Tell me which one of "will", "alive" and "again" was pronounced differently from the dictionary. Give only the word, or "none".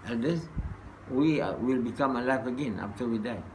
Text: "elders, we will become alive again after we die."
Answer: alive